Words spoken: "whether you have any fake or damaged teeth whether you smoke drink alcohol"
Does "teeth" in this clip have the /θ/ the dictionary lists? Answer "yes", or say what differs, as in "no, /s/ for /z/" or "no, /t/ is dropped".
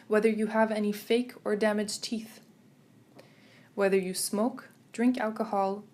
yes